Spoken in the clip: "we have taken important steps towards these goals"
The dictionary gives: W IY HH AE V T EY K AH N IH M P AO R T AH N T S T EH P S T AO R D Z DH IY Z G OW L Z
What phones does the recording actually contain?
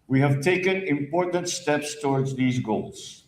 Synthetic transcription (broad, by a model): W IY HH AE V T EY K AH N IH M P AO R T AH N T S T EH P S T AO R D Z DH IY Z G OW L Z